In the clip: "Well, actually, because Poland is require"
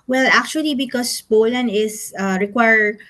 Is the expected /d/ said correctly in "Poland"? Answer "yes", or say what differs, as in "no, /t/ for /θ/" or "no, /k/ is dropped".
no, /d/ is dropped